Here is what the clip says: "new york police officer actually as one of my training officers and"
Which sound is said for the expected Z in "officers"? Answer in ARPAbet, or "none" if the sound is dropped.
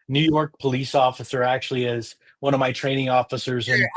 Z